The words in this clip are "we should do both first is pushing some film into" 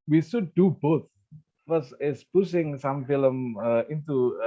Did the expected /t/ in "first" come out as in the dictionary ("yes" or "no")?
no